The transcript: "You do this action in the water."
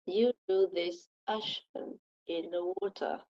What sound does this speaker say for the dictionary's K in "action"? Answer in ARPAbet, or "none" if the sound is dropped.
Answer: none